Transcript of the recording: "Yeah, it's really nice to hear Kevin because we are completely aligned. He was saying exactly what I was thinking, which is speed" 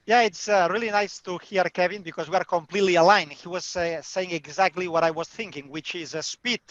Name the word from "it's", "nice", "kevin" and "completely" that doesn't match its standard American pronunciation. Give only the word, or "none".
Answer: none